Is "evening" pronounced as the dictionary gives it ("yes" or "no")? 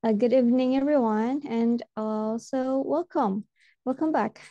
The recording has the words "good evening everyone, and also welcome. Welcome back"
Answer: yes